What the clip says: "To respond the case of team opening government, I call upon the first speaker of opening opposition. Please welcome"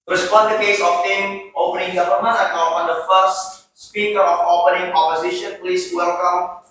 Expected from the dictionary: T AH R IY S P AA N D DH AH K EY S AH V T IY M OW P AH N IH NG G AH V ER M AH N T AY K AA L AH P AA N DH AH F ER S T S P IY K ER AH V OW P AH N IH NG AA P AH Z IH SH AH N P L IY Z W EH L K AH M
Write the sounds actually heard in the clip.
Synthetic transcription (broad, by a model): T R IY S P AA N D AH K EY S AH F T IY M OW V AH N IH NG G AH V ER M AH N AY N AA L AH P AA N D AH F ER S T S P IY K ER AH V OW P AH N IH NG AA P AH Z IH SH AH N P L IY S W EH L K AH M